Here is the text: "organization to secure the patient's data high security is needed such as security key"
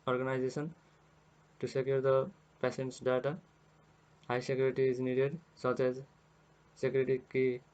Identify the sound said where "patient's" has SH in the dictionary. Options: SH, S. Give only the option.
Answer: S